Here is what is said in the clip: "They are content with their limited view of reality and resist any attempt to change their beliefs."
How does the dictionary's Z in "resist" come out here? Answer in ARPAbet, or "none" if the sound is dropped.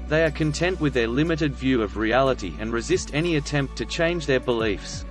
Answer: Z